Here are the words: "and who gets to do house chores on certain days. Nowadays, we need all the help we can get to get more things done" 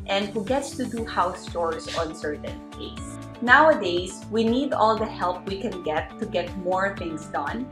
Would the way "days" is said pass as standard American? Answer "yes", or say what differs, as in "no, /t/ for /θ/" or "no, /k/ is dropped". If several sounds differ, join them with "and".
no, /s/ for /z/